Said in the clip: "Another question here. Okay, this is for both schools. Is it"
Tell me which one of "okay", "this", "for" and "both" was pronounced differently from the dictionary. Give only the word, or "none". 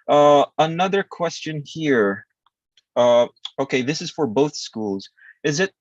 none